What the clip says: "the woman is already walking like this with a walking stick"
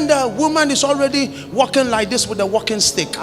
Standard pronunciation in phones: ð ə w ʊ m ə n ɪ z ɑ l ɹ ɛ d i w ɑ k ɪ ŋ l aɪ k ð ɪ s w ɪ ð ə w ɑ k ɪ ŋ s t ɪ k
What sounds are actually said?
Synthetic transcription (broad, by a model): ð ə w ʊ m ə n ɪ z ɑ l ɹ ɛ d i w ɑ k ɪ ŋ l aɪ k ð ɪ s w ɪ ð ə w ɑ k ɪ ŋ s t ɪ k